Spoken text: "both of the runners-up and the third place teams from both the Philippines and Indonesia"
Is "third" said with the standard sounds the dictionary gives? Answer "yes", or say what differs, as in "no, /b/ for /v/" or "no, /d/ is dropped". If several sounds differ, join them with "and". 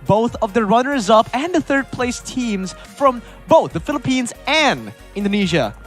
yes